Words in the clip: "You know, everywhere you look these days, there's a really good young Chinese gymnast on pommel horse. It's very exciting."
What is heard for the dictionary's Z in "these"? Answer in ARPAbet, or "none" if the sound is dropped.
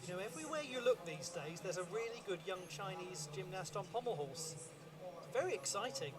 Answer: Z